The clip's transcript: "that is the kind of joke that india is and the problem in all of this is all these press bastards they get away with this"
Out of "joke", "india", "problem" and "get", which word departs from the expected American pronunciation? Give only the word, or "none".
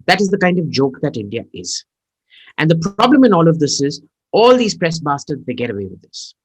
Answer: none